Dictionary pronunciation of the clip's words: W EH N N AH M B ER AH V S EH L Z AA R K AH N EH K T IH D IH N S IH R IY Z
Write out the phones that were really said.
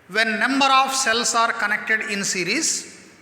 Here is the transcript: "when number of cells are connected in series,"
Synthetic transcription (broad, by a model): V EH N N AH M B ER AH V S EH L S AA R K AH N EH K T IH D IH N S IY R IY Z